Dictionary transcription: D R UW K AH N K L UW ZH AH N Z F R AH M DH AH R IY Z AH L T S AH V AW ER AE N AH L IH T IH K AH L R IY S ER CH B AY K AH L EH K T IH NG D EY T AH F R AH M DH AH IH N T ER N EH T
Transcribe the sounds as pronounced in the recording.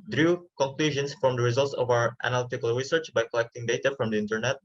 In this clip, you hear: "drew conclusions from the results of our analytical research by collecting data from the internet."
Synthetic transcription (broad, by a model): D R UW K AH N K L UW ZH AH N S F R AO M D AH R IY Z AH L T S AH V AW ER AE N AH L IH T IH K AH L R IY S ER CH B AY K AH L EH K T IH NG D EY T AH F R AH M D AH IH N T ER N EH T